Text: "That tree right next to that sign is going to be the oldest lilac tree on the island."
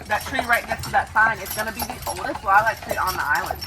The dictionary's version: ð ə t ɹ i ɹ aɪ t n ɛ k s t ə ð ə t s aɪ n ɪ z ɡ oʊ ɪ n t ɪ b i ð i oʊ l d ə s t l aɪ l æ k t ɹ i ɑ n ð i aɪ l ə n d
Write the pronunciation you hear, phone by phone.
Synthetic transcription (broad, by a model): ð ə t ɹ i ɹ aɪ t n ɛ s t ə ð ə t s aɪ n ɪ s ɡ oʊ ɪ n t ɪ b i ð i oʊ l d ə s t w aɪ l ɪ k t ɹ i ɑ n ð i aɪ l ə n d